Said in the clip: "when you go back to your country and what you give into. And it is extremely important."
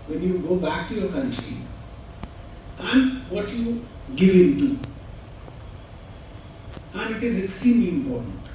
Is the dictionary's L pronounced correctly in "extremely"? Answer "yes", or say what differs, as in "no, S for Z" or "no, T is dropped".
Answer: no, L is dropped